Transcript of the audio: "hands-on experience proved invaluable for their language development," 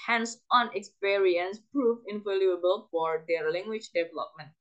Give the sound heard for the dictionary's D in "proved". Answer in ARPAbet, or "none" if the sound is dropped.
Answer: none